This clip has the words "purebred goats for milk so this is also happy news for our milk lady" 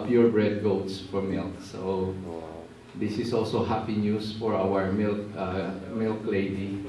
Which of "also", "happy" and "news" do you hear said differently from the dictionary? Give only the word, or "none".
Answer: news